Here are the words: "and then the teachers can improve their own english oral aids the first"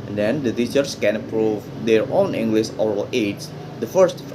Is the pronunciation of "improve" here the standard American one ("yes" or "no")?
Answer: no